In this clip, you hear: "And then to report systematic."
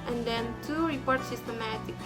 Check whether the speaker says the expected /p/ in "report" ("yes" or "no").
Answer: yes